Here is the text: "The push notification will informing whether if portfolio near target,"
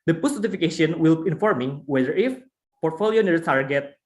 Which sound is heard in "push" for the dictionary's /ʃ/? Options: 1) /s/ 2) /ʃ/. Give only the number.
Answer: 1